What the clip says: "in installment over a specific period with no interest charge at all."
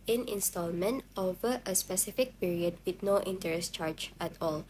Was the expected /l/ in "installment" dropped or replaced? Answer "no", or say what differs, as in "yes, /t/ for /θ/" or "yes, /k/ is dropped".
no